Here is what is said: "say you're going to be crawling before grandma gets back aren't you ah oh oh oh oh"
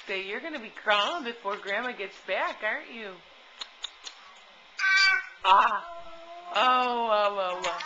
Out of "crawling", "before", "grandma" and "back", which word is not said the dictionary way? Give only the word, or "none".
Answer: crawling